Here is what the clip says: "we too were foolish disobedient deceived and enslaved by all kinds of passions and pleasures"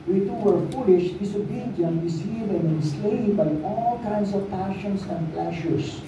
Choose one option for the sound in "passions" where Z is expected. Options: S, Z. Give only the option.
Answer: S